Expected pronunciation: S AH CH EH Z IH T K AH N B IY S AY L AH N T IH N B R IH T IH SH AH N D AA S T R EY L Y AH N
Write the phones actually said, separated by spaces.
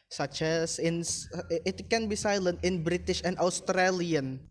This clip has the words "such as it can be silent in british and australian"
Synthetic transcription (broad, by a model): S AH CH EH S IH T K AH N B IY S AY L AH N T IH N B R IH T IH SH AH N D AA S T R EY L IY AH N